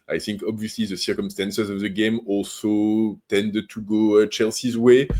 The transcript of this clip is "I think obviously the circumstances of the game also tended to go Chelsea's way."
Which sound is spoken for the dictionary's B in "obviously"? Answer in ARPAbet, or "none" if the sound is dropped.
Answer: B